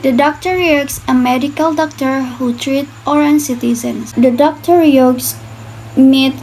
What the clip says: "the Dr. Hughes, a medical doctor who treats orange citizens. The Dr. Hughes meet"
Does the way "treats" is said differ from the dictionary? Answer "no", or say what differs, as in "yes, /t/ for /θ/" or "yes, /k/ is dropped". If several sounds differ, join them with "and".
yes, /s/ is dropped